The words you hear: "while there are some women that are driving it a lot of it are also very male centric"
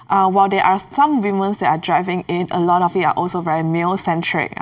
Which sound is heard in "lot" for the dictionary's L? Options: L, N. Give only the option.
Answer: L